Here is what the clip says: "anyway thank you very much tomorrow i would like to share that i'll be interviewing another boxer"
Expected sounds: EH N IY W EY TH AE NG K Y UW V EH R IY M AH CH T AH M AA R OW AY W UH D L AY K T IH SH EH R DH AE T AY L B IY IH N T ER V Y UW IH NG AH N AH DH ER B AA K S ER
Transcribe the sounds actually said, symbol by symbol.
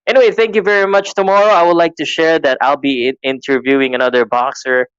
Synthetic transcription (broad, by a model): EH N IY W EY TH AE NG K Y UW V EH R IY M AH CH T AH M AA R OW AY W UH D L AY K T IH SH EH R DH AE T AY L B IY IH N T ER V Y UW IH NG AH N AH DH ER B AA K S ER